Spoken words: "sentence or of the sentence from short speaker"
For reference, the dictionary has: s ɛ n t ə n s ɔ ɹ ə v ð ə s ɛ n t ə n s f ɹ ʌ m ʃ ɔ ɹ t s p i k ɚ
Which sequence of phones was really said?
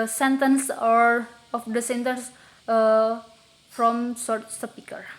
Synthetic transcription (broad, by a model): s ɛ n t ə n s ɔ ɹ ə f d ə s ɛ n t ə n s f ɹ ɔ m s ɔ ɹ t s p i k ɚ